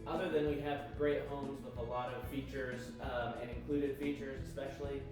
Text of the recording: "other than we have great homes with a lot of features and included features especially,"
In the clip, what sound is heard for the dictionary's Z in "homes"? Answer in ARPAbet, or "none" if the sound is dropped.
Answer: Z